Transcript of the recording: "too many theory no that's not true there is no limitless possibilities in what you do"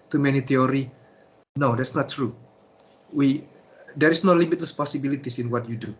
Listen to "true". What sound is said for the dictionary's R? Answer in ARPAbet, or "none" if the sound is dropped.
W